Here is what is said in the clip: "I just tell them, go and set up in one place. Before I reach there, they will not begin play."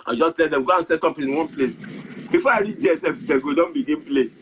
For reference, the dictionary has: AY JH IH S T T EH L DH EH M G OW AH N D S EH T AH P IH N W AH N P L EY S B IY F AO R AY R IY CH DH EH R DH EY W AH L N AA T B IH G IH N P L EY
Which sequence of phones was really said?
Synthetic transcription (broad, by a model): AY JH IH S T T EH L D EH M G OW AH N S EH T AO P IH N W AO N P L EY S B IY F AO AY R IY CH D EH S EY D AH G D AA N B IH G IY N P L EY